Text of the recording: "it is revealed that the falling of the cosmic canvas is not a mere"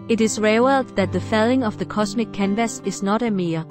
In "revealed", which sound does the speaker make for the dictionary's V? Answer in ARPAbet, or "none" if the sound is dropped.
W